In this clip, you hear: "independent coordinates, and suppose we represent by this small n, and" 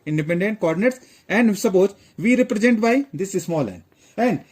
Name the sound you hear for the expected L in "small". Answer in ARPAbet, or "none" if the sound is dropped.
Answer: L